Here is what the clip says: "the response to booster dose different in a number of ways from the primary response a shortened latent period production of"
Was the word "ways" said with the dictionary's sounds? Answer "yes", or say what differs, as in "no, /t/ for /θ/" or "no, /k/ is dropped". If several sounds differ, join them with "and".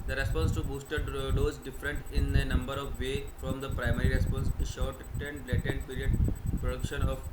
no, /z/ is dropped